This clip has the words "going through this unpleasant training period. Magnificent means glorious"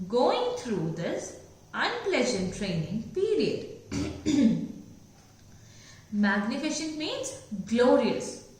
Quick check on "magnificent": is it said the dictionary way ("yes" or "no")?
no